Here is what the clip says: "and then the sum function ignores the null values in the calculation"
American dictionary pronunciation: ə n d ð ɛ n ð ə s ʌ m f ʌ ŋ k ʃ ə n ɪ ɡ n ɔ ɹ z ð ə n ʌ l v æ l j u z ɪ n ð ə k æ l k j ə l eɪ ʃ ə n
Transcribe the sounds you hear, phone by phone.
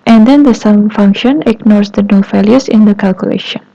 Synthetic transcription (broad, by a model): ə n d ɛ n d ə s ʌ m f ʌ ŋ k ʃ ə n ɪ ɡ n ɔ ɹ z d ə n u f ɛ l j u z ɪ n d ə k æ l k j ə l eɪ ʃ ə n